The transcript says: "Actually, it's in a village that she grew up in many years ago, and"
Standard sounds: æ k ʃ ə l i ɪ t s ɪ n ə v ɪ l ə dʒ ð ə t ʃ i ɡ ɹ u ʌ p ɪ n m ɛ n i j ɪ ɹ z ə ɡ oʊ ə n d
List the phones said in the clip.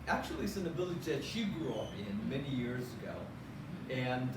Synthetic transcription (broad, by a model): æ k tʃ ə l i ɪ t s ɪ n ə b ɪ l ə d ð ə t ʃ i ɡ ɹ u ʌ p ɪ n m ɛ n i j ɪ ɹ z ə ɡ oʊ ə n